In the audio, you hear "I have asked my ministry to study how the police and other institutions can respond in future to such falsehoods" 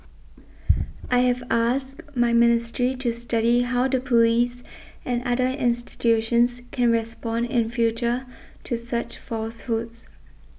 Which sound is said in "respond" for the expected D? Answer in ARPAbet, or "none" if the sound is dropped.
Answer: D